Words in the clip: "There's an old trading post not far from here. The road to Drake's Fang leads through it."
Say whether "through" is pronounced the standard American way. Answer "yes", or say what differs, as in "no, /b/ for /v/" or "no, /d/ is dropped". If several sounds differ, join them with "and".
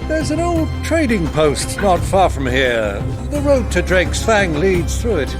yes